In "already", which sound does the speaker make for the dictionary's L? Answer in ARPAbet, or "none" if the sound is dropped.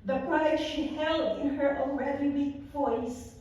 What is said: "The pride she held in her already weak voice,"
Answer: N